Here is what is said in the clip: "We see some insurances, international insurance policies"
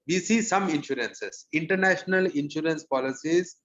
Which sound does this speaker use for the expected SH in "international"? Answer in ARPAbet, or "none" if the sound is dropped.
SH